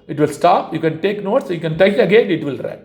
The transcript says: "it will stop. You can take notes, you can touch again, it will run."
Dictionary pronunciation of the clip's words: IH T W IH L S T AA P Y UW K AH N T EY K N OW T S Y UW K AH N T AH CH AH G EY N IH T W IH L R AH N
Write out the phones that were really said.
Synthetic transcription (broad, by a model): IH T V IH L S T AA P Y UW K AH N T EY K N OW T S Y UW K AH N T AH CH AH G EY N IH T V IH L R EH